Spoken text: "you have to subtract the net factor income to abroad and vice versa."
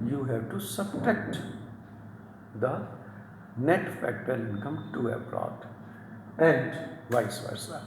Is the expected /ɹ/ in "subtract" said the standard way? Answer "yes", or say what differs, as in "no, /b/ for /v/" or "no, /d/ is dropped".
no, /ɹ/ is dropped